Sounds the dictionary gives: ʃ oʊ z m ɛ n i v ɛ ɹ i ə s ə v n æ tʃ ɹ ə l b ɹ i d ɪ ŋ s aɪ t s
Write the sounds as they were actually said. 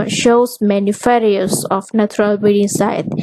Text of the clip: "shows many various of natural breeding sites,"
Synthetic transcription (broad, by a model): ʃ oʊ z m ɛ n i f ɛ ɹ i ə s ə f n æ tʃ ɹ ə l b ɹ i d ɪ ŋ s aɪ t